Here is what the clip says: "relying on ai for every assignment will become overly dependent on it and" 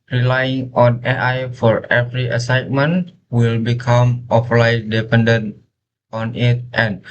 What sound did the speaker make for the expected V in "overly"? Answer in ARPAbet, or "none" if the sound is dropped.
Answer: P